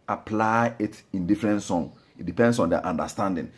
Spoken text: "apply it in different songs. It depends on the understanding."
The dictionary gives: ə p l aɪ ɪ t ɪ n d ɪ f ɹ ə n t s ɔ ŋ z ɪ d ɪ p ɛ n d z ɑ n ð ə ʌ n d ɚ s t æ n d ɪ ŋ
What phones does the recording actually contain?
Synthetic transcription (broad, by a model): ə p l aɪ ɪ t ɪ n d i f ɹ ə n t s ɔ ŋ ɪ d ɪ p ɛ n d s ɑ n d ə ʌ n d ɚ s t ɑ n d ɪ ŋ